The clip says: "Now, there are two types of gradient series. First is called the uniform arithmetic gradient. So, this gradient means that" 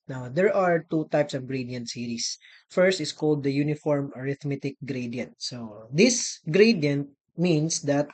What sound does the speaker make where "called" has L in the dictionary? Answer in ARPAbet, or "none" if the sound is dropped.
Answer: L